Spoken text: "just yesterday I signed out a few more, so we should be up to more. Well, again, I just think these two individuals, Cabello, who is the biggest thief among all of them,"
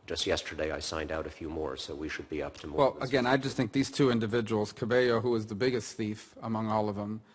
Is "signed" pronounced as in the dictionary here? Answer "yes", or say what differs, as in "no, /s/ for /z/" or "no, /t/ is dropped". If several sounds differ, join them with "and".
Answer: yes